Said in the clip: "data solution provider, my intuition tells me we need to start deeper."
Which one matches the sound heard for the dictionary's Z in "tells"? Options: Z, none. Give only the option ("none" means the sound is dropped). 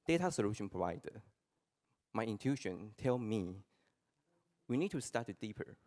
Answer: none